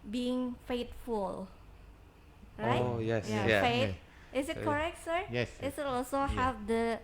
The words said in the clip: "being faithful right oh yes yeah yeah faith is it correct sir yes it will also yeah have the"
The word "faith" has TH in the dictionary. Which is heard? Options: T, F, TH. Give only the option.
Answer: T